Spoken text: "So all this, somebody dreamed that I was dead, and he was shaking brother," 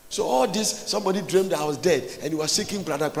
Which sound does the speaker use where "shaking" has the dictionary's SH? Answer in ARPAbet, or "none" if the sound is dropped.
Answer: S